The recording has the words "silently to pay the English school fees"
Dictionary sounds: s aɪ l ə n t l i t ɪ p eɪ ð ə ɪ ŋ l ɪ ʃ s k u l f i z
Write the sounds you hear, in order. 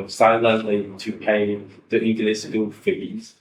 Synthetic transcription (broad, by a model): s aɪ l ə n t l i t ɪ p eɪ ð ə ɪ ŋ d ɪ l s u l f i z